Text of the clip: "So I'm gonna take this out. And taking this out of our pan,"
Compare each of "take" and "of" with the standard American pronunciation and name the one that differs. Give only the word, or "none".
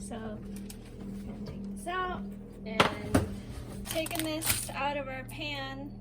none